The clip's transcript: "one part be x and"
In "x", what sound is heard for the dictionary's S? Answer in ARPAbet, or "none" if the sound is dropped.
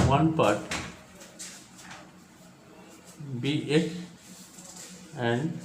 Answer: none